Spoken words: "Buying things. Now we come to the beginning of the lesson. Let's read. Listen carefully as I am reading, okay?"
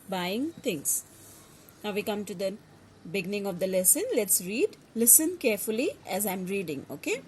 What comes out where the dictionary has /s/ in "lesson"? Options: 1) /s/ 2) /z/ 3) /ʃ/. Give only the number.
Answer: 1